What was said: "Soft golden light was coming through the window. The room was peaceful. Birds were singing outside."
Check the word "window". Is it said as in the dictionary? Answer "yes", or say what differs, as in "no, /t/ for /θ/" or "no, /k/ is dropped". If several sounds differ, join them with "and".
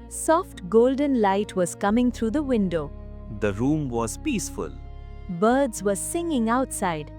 yes